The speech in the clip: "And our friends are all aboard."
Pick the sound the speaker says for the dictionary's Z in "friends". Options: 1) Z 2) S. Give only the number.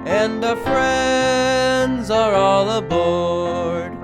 1